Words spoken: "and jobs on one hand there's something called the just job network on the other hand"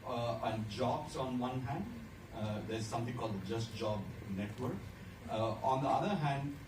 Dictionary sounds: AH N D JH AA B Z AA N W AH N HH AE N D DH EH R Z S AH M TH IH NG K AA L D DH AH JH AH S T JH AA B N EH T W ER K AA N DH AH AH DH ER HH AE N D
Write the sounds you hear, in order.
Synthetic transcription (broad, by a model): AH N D JH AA B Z AA N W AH N HH AE N D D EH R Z S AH M T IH NG K AA L D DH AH JH AH S T JH AA B N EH T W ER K AA N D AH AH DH ER HH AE N D